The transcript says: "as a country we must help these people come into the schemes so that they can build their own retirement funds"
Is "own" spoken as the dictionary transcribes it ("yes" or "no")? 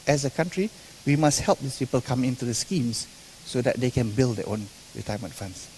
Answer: yes